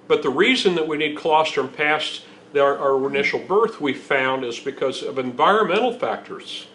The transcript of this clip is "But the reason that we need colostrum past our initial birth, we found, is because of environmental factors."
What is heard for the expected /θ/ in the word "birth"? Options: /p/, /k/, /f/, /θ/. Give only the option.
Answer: /θ/